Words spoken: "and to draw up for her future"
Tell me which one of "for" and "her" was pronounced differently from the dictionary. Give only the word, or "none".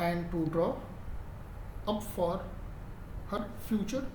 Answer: none